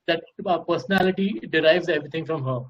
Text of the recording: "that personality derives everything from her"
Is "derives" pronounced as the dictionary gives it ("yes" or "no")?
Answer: yes